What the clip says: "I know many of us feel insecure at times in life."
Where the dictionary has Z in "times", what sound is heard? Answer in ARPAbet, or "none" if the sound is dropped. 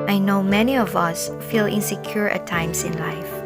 S